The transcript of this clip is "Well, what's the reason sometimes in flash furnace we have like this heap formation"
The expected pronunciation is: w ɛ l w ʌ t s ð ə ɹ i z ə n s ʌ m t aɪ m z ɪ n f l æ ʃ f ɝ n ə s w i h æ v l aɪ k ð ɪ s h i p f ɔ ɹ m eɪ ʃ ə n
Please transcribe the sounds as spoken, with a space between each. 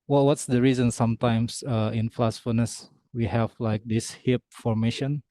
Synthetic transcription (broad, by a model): w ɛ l w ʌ t s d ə ɹ i z ə n s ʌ m t aɪ m s ɪ n f l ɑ s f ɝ n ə s w i h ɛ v l aɪ k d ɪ s h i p f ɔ ɹ m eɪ ʃ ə n